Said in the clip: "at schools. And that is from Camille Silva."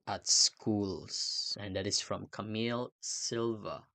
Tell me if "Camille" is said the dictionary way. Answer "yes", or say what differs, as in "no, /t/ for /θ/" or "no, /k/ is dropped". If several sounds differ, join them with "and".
yes